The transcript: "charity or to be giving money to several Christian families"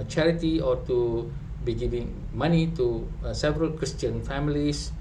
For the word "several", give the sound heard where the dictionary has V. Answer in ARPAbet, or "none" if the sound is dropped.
V